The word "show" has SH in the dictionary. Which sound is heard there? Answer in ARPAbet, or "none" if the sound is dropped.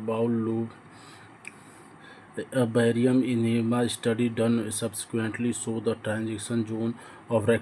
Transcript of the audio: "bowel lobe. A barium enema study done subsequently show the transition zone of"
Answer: S